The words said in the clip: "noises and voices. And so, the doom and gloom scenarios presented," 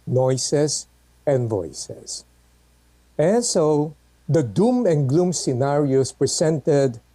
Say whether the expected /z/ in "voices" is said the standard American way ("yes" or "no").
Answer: no